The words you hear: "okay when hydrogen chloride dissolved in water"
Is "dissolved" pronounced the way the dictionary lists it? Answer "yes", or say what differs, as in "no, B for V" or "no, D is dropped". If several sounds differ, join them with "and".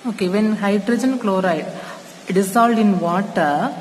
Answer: no, S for Z and V is dropped